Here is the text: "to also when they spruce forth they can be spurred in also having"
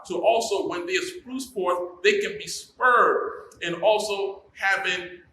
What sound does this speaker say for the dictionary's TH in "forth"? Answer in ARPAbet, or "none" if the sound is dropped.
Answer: T